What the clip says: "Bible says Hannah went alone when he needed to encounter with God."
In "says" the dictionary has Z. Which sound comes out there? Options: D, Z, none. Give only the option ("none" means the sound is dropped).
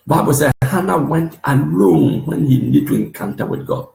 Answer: none